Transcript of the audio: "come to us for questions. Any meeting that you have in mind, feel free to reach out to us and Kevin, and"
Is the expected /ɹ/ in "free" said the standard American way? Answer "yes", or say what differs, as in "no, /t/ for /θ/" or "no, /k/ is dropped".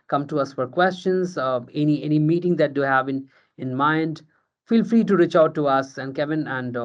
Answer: yes